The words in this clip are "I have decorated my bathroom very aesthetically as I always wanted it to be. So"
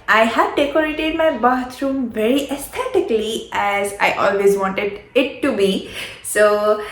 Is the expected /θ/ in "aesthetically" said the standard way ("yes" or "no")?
no